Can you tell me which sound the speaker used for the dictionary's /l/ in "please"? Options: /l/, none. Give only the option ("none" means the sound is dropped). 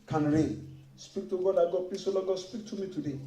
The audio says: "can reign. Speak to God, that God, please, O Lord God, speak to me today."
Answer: none